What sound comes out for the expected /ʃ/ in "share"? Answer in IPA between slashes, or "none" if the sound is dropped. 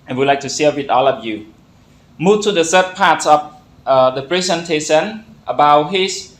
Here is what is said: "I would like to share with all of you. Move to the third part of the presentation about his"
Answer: /s/